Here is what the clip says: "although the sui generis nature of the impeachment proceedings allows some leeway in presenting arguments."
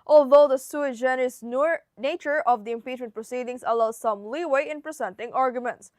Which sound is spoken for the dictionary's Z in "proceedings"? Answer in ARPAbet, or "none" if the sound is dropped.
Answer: S